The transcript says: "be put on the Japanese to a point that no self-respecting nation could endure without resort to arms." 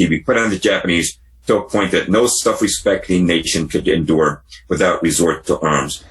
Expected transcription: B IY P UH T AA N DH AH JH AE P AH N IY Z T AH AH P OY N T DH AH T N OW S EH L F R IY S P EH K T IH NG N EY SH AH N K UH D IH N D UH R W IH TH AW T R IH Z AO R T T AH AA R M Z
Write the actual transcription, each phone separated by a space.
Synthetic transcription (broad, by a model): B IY P UH T N DH AH JH AE P AH N IY Z T AH AH P OY N DH AH T N OW S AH F R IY S P EH K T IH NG N EY SH AH N K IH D IH N D UH R W IH TH AW T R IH Z AO R T T AA R M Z